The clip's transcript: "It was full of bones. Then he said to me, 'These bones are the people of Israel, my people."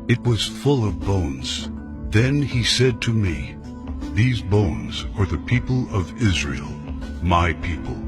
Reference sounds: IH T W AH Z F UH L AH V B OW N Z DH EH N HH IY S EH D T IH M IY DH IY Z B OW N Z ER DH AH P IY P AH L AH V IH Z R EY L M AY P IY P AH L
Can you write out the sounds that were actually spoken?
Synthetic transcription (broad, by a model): IH T W AH Z F UH L AH V B OW N Z DH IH N IY S EH D T IH M IY DH IY Z B OW N Z ER DH AH P IY P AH L AH V IH Z R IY L M AY P IY P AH L